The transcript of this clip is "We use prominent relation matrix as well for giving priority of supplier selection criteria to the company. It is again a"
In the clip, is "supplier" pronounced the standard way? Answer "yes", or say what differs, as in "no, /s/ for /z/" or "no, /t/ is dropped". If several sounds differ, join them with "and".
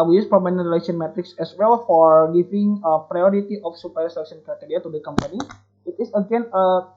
no, /l/ is dropped